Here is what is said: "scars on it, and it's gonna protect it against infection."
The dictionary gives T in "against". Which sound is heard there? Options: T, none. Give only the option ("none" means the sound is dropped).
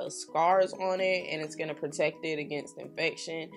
T